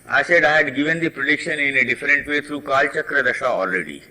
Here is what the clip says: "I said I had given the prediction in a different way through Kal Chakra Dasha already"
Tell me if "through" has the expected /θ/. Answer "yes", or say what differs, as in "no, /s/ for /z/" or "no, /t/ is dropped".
no, /t/ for /θ/